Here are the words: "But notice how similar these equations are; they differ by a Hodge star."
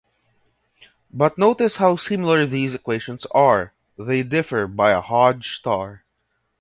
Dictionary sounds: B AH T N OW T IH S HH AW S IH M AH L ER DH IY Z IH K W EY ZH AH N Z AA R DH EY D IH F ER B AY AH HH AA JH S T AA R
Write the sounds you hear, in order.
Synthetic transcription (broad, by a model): B AH T N OW T IH S HH AW S IH M AH L ER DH IY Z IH K W EY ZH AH N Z AA R DH EY D IH F ER B AY AH HH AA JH S T AA R